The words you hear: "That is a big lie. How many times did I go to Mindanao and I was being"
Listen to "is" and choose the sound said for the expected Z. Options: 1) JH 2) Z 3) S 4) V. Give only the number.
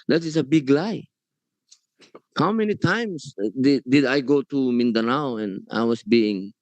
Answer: 3